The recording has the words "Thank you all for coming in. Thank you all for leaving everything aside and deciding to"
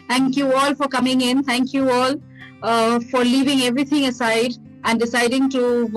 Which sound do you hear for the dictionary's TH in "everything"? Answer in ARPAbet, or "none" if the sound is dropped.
T